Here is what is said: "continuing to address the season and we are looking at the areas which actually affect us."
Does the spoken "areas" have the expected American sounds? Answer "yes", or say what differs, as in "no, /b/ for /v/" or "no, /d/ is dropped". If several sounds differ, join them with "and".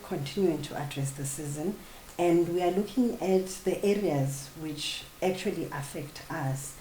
yes